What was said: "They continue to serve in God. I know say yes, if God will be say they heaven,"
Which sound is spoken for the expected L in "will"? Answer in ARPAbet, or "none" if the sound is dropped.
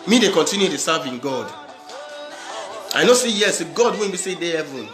N